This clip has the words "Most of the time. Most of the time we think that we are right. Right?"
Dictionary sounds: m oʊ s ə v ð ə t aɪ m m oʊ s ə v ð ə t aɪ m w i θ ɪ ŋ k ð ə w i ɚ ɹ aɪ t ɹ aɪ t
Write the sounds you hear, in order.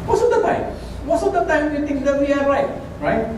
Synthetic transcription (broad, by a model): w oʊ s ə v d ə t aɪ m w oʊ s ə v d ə t aɪ m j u t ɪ ŋ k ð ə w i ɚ ɹ aɪ t ɹ aɪ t